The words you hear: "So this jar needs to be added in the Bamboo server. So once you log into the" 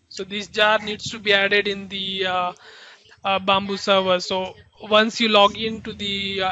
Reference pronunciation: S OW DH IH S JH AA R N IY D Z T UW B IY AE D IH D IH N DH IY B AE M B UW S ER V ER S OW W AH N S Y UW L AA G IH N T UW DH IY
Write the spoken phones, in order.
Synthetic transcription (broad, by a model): S OW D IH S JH AA R N IY D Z T UW B IY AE D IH D IH N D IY B AE M B UW S ER V ER S OW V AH N S Y UW L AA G IH N T UW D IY